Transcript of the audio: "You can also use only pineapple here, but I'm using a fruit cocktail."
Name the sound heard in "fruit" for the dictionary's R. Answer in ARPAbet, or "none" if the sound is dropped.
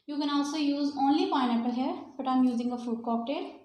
none